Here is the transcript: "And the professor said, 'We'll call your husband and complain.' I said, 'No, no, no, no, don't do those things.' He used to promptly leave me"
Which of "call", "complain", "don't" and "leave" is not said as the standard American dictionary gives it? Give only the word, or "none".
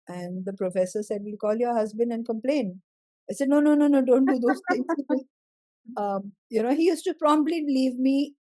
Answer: none